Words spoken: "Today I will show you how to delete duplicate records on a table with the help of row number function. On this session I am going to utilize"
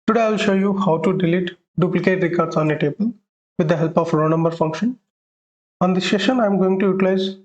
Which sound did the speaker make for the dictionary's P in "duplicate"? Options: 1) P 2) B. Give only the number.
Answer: 1